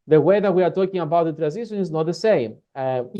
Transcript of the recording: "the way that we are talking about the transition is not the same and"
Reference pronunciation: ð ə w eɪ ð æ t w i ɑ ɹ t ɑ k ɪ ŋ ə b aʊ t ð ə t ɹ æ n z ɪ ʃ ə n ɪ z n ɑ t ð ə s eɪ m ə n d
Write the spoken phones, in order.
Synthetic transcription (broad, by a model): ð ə w eɪ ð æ t w i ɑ ɹ t ɑ k ɪ ŋ ə b aʊ t ð ə t ɹ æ n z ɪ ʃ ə n ɪ z n ɑ t ð ə s eɪ ə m